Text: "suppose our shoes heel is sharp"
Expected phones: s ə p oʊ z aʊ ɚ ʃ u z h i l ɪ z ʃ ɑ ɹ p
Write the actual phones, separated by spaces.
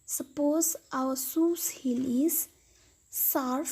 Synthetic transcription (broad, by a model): s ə p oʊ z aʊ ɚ s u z h i l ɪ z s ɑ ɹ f